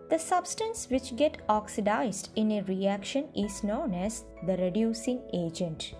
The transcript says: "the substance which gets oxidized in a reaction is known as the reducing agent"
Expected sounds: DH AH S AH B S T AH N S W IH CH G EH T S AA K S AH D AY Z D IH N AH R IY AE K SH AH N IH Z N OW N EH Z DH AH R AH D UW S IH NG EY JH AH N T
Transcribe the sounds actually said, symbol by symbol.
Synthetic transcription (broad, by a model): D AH S AH B S T AH N S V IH CH G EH T AA K S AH D AY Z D IH N AH R IY AE K SH AH N IH Z N OW N EH Z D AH R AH D UW S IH NG EY JH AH N T